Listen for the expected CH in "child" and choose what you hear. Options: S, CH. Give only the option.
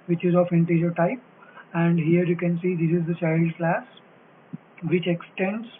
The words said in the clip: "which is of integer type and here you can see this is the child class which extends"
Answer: S